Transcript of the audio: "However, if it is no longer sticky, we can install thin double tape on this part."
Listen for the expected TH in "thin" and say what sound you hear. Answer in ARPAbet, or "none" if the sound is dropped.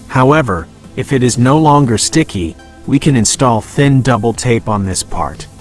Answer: TH